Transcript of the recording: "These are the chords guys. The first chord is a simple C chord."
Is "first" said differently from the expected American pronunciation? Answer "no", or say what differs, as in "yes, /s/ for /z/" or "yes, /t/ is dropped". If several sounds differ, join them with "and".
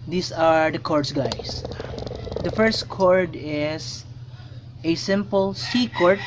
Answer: no